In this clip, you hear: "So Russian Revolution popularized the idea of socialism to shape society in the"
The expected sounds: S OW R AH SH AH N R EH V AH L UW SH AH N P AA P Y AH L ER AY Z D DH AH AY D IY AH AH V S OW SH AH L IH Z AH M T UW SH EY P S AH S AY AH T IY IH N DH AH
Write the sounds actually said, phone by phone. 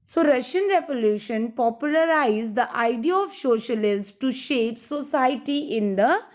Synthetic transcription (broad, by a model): S OW R AH SH AH N R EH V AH L UW SH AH N P AA P Y AH L ER AY Z D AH AY D IY AH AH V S OW SH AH L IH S T UW SH EY P S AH S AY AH T IY IH N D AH